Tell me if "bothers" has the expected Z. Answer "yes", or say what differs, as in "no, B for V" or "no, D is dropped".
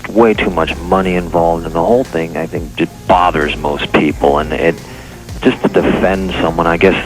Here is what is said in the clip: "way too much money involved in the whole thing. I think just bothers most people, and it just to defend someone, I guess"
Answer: yes